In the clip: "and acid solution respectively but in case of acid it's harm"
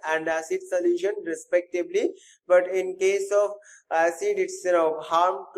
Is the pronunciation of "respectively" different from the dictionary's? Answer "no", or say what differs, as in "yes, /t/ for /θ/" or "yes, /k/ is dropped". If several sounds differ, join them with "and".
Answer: yes, /b/ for /v/